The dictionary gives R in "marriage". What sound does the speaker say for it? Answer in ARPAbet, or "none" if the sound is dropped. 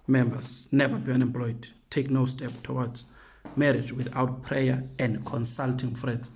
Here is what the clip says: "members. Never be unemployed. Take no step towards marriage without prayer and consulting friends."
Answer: R